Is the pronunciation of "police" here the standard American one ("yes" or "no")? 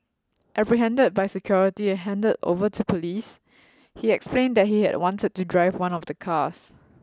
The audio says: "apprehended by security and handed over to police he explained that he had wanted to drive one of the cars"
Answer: yes